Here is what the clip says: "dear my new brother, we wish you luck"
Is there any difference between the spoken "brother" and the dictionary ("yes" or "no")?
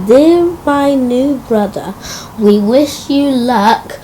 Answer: no